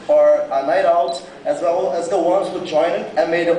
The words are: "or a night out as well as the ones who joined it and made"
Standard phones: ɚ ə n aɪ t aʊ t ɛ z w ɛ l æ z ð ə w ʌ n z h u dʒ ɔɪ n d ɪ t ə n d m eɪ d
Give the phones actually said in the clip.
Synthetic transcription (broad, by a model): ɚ ə n aɪ t aʊ t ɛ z w ɛ l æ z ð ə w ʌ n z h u dʒ ɔɪ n ɪ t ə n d m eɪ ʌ